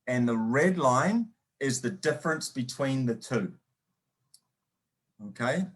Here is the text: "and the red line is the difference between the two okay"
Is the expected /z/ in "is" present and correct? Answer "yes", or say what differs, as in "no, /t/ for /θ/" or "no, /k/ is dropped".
yes